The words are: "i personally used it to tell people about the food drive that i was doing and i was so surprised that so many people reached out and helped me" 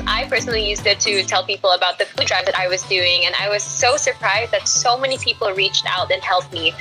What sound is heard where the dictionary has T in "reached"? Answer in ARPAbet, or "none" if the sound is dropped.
T